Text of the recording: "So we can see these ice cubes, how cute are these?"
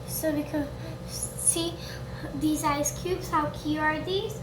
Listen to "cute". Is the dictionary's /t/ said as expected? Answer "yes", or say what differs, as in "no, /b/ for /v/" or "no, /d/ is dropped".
no, /t/ is dropped